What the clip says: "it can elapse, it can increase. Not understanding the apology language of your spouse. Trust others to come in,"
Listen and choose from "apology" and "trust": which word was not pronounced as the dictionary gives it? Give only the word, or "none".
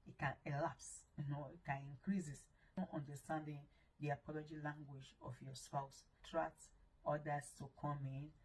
trust